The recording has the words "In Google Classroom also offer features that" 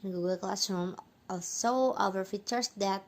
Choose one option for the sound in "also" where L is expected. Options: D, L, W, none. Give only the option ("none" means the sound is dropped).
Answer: none